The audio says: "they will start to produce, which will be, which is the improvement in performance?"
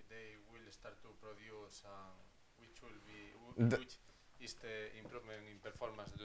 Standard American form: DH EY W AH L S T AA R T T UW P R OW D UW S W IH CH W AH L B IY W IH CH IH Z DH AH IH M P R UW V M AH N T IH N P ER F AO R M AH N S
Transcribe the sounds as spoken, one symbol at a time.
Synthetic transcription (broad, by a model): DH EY W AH L S T AA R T T UW P R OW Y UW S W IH CH W AH L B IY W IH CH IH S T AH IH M P R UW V M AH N IH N P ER F AO R M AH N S